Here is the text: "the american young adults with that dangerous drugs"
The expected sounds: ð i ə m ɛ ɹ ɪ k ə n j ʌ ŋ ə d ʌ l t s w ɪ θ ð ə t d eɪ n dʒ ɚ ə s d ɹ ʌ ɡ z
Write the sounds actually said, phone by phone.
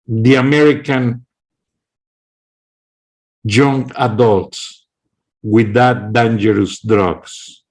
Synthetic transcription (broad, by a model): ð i ə m ɛ ɹ ɪ k ə n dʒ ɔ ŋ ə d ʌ l t s w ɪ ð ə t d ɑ n dʒ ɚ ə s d ɹ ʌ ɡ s